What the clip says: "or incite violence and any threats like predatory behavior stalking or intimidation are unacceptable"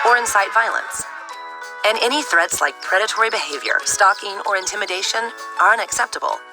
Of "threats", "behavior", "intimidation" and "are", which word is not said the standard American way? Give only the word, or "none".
none